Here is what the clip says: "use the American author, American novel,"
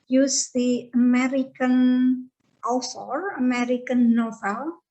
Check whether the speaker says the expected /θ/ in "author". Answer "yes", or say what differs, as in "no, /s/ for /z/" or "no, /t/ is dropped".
no, /s/ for /θ/